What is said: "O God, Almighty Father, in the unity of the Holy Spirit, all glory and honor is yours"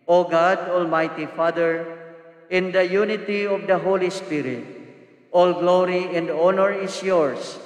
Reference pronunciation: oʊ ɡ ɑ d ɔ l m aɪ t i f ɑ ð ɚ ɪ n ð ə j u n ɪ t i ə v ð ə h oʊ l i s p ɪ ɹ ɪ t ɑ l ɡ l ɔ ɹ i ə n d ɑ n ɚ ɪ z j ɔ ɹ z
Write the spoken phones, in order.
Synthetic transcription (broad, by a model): oʊ ɡ ɑ d ɔ l m aɪ t i f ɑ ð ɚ ɪ n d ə j u n ɪ t i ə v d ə h oʊ l i s p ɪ ɹ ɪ t ɑ l ɡ l ɔ ɹ i ə n d ɑ n ɚ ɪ s j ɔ ɹ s